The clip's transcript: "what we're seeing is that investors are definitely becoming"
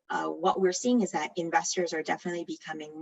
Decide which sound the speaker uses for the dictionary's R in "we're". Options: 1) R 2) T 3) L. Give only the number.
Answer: 1